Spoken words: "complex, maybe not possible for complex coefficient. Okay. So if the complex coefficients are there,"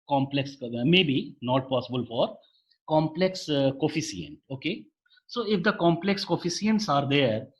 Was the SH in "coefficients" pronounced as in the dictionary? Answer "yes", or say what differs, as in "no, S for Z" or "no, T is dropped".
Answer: no, S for SH